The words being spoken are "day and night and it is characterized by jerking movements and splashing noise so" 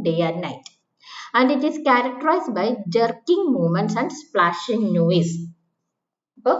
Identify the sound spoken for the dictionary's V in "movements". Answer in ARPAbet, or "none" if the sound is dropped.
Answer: none